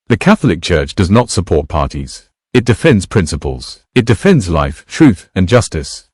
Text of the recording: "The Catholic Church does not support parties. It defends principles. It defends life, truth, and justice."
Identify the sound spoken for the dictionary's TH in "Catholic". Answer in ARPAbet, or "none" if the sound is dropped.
TH